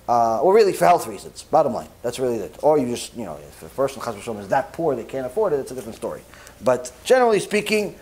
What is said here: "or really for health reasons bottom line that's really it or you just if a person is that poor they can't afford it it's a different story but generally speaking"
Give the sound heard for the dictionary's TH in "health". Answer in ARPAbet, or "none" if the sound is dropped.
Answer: TH